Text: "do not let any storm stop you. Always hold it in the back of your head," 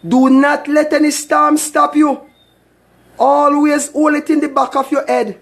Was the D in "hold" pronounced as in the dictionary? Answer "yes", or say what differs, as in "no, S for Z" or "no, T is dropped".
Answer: no, D is dropped